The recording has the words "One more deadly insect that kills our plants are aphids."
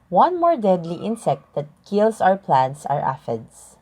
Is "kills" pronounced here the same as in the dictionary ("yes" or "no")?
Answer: no